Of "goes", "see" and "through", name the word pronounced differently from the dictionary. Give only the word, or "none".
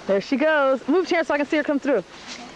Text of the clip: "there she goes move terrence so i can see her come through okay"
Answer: none